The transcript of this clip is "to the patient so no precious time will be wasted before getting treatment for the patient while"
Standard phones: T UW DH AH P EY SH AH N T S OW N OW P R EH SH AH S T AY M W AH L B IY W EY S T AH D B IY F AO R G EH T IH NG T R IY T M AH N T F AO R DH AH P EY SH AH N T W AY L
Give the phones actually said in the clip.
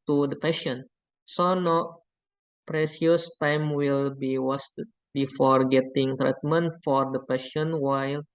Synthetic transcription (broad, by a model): T UW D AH P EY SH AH N S OW N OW P R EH S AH S T AY M W AH L B IY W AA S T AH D B IY F AO R G EH T IH NG T R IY T M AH N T F AO R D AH P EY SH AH N W AY L